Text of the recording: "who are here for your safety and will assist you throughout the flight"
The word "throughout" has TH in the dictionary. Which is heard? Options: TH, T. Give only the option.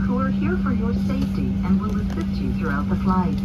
TH